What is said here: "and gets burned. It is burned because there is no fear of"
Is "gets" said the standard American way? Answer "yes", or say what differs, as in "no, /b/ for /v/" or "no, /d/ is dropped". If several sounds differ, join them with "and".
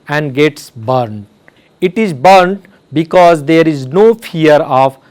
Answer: yes